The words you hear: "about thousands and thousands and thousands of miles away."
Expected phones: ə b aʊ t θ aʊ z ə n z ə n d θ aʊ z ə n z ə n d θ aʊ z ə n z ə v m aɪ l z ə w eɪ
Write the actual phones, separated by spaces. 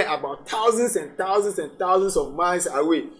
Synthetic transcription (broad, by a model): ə b aʊ t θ aʊ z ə n s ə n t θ aʊ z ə n s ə n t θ aʊ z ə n s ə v m aɪ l s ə w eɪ